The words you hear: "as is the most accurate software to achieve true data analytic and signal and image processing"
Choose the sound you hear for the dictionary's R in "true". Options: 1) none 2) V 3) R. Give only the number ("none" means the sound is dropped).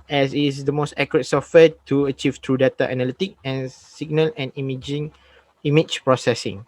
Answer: 3